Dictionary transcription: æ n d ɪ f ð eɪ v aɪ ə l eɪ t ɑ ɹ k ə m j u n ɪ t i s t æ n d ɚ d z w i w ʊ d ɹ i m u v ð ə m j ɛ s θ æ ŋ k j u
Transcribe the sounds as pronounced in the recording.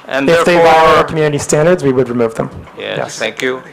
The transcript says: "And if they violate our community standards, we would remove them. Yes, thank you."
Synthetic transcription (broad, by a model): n ɪ f ð eɪ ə w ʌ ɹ k m j u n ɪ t i s t æ n d ɚ d z w i w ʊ d ɹ i m u v ð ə m j ɛ s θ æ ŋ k j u